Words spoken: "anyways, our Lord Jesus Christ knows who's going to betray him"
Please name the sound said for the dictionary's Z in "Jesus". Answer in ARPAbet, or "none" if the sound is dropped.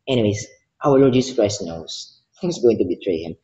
S